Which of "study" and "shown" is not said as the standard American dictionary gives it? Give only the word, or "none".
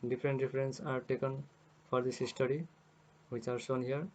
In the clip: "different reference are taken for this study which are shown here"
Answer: shown